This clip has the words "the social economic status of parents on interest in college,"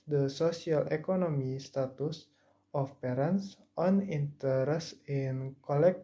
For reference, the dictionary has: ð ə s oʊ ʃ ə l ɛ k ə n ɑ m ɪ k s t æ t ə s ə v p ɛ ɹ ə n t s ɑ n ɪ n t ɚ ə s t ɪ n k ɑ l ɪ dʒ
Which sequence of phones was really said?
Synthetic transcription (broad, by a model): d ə s oʊ s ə l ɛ k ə n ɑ m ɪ s t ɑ t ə s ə f p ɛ ɹ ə n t s ɑ n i n t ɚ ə s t ɪ n k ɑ l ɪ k